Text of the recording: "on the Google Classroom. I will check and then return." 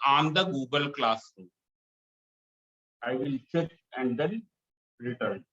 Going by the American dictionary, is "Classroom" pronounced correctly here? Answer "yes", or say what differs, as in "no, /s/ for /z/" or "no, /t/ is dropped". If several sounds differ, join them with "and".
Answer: no, /m/ is dropped